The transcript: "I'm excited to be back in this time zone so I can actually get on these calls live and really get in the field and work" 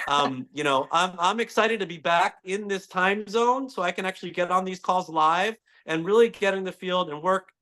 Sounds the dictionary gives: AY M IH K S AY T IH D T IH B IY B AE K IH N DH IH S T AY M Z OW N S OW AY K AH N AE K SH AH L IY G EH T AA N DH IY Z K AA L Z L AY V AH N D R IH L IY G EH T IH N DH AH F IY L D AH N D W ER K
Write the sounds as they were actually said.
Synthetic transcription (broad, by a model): AY M IH K S AY T IH D T IH B IY B AE K IH N DH IH S T AY M Z OW N S OW AY K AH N AE K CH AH L IY G EH T N DH IY Z K AA L Z L AY V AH N R IH L IY G EH T IH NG DH AH F IY L D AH N W ER K